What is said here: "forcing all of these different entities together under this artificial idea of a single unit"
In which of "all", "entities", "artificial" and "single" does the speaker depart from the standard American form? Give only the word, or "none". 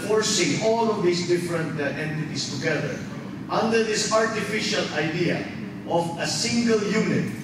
entities